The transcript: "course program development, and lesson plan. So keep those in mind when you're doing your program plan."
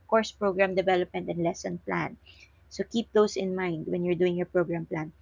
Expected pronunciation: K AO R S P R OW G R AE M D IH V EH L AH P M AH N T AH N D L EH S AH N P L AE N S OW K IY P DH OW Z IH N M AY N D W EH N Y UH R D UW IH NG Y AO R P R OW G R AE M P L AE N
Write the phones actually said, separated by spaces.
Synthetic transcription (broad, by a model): K AO R S P R OW G R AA M D IH V EH L AH P M AH N T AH N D L EH S AH N P L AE N S OW K IY P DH OW S IH N M AY N D W EH N Y UH R D UW IH NG Y AO R P R OW G R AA M P L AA N